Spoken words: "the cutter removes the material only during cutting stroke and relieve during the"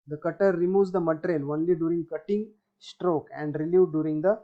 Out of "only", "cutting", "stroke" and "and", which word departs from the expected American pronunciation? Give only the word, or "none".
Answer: none